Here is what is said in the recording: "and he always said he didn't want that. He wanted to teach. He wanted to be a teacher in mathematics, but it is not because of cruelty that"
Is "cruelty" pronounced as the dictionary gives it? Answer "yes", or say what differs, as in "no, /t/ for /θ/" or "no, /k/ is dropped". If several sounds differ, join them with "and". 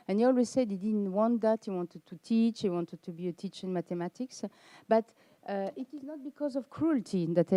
yes